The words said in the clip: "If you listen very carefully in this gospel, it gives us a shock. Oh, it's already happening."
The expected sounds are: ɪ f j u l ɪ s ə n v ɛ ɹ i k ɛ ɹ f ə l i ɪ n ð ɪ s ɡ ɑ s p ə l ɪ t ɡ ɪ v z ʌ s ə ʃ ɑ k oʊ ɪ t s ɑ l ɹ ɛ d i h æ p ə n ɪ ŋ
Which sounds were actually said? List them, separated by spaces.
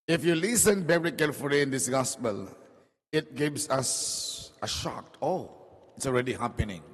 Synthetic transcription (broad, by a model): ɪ f j u l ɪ s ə n b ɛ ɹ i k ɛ l f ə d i ɪ n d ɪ s ɡ ɑ s p ə l ɪ t ɡ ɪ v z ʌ s ə ʃ ɑ k oʊ ɪ t s ɑ l ɹ ɛ d i h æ p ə n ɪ ŋ